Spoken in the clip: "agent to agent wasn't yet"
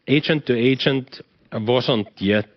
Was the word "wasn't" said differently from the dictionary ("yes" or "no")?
yes